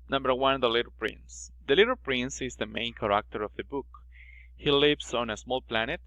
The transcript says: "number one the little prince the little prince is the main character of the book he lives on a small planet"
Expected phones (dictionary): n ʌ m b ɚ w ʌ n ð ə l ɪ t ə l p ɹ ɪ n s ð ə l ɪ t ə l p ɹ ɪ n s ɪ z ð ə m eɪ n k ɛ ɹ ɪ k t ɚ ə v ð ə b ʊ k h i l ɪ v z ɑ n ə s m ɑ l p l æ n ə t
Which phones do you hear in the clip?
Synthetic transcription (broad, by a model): n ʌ m b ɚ w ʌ n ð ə l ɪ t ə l p ɹ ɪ n s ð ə l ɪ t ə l p ɹ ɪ n s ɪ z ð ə m eɪ n k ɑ ɹ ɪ k t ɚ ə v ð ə b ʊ k h i l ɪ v s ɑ n ə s m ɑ l p l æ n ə t